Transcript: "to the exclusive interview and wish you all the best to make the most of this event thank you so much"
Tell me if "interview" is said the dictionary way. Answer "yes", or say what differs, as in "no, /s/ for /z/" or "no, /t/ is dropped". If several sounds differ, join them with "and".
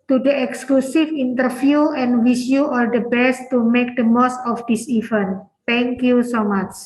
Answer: no, /f/ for /v/